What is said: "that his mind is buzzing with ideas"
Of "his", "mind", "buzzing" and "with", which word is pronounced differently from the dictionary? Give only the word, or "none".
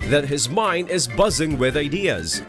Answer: none